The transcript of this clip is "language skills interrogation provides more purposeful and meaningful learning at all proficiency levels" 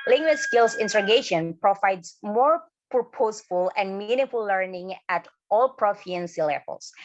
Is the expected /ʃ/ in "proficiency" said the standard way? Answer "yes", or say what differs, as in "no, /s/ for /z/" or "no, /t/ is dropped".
no, /ʃ/ is dropped